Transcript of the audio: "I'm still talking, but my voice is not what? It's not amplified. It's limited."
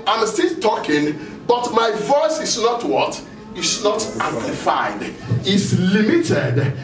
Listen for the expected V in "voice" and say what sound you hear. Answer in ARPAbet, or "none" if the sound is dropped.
V